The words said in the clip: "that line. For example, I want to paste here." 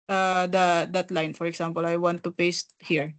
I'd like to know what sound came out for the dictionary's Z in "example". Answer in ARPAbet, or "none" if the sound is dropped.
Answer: S